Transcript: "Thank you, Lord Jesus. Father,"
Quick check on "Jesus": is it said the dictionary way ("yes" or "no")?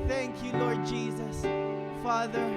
yes